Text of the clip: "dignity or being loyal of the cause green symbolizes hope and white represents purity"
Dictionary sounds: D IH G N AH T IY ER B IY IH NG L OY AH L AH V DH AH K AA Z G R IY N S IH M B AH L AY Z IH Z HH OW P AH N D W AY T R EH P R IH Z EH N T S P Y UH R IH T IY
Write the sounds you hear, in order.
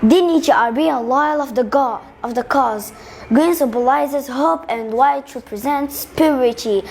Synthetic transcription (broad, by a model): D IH N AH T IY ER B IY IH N L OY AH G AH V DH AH K AA Z G R IY N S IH B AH L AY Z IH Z HH OW P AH N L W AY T R EH P R IH Z EH N T S P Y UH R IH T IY